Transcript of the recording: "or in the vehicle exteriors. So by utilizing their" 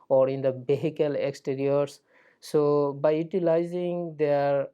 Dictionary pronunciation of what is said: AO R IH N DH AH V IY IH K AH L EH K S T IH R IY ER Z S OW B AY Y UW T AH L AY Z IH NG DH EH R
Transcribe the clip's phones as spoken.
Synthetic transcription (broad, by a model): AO R IH N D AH B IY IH K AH L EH K S T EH R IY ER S S OW B AY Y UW T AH L AY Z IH NG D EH R